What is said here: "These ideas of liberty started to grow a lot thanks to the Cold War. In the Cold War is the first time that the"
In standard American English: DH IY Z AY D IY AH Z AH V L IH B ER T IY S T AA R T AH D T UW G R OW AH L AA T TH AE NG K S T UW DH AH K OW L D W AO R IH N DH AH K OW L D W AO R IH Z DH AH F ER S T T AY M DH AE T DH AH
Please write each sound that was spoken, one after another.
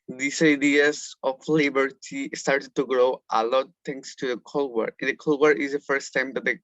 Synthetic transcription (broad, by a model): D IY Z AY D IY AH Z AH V L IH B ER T IY S T AA R T AH D T UW G R OW AH L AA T T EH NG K S T UW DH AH K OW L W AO R IH N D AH K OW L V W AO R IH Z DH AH F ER S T T AY M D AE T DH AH